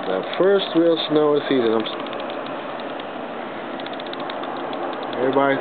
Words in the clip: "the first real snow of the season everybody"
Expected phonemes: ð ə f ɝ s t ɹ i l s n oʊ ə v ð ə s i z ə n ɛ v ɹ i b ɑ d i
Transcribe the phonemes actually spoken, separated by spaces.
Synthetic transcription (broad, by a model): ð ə f ɝ s t w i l s n oʊ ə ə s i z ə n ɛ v ɹ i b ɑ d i